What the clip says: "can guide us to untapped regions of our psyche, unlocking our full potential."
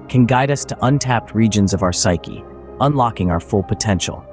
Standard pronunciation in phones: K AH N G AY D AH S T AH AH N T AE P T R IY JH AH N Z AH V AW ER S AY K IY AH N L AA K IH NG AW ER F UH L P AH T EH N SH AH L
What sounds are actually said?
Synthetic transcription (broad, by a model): K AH N G AY D AH S T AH AH N T AE P T R IY JH AH N Z AH V AW ER S AY K IY AH N L AA K IH NG AW ER F UH L P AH T EH N SH L